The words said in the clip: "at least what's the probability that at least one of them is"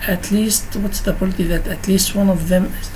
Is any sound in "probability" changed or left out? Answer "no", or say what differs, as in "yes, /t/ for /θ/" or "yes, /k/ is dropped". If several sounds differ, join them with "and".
yes, /ɹ/ is dropped